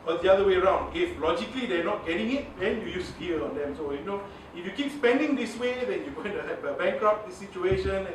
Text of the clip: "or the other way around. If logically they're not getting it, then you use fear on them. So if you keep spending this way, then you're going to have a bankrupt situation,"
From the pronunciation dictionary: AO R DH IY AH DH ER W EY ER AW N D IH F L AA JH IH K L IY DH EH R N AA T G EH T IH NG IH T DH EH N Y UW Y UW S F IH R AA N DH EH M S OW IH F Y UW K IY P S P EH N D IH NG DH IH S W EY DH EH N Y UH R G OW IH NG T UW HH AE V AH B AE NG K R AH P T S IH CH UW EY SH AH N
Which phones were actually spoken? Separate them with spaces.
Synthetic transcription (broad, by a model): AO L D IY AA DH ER W EY ER AW N D IH F L AA JH IH K L IY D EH N AA T G EH T IH NG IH T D EH N Y UW Y UW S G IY L AA N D EH M S OW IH F Y UW K IY P S P EH N D IH NG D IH S W EY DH EH N Y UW G OW IH NG T UW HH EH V AH B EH NG K R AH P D S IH CH UW EY SH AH N